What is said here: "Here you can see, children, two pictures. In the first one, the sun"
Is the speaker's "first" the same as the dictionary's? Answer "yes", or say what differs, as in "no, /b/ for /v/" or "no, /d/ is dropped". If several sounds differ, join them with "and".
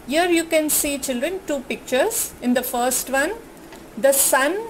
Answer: yes